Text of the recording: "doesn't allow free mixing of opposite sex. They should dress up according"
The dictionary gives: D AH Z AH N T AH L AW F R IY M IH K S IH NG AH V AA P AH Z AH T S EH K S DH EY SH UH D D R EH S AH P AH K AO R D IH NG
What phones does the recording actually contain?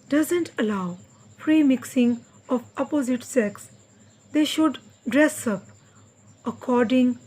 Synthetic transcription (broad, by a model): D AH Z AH N T AH L AW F R IY M IH K S IH NG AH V AA P AH Z AH T S EH K S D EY SH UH D D R EH S AH P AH K AO R D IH NG